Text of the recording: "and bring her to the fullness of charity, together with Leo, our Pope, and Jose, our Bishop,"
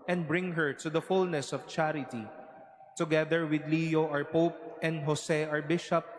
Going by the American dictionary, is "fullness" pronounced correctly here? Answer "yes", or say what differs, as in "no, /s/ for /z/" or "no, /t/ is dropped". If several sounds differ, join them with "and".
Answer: yes